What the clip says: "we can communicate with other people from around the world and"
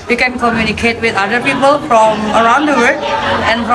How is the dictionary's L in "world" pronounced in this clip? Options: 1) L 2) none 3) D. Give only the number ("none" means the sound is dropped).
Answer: 2